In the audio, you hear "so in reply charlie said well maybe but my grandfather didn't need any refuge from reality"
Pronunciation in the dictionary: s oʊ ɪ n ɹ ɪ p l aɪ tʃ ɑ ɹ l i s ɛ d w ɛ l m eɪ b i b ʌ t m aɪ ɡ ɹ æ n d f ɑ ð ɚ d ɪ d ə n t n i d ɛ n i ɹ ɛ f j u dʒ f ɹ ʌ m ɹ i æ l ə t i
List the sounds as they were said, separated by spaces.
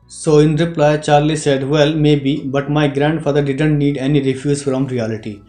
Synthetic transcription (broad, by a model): s oʊ ɪ n ɹ ɪ p l aɪ tʃ ɑ ɹ l i s ɛ d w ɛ l m eɪ b i b ʌ t m aɪ ɡ ɹ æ n d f ɑ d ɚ d ɪ d ə n t n i d ɛ n i ɹ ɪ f j u z f ɹ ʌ m ɹ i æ l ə t i